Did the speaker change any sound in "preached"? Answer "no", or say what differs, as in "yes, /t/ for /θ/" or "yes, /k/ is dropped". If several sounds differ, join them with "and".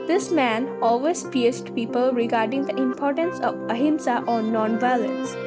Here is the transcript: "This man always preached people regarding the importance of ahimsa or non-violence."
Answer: yes, /ɹ/ is dropped and /s/ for /tʃ/